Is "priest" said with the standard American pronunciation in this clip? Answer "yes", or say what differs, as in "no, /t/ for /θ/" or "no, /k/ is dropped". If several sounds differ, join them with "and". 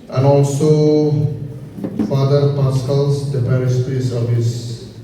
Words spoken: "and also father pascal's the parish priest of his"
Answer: no, /t/ is dropped